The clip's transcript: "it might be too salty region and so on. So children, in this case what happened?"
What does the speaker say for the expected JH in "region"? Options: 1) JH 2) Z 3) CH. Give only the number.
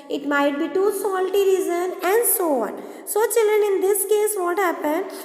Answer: 2